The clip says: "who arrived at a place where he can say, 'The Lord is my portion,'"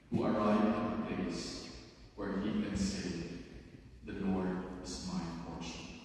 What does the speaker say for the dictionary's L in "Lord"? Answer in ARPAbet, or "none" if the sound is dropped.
N